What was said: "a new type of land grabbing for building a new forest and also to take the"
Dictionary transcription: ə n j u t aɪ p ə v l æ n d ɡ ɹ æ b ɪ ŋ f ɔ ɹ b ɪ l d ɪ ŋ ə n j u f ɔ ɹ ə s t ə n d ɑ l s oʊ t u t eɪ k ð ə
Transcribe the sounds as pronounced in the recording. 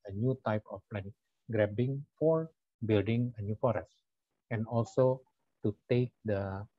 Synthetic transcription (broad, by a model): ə n j u t aɪ p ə p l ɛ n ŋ ɡ ɹ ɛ b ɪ ŋ f ɔ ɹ b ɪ l d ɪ ŋ ə n j u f ɔ ɹ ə s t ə n ɑ l s oʊ t u t eɪ k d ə